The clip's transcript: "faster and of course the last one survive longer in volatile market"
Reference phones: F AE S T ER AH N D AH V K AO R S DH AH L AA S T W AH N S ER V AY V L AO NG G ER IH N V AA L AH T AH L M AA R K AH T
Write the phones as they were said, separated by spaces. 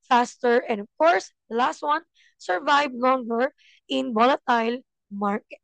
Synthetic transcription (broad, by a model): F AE S T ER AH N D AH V K AO R S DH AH L AA S T W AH N S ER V AY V L AO NG G ER IH N B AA L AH T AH L M AA R K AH T